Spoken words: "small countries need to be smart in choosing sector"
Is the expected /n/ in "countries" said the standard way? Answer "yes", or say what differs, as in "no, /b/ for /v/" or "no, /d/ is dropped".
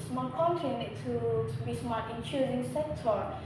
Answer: no, /n/ is dropped